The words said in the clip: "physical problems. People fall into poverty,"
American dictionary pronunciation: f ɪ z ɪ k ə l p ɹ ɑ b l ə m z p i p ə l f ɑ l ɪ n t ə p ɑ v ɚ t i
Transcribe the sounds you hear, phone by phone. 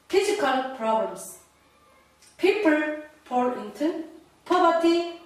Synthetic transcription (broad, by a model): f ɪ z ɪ k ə l p ɹ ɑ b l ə m s p i p ə l p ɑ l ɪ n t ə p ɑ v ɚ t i